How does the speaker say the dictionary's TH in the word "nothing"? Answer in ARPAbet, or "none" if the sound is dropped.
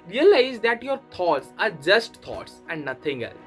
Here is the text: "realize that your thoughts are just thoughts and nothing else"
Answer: T